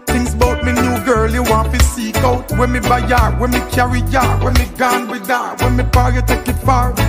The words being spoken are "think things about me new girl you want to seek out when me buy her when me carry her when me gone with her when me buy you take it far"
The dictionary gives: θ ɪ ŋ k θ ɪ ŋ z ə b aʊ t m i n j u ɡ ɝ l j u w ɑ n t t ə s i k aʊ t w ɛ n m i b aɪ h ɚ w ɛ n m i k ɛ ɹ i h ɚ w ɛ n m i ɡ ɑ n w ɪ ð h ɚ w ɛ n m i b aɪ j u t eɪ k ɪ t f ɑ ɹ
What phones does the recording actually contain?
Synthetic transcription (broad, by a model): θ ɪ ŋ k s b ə ʊ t m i n j u ɡ ɝ l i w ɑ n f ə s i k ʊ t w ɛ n m i b aɪ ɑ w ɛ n m i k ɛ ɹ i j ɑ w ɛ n m i ɡ ɑ n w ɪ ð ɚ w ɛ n m i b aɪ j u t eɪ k ɪ t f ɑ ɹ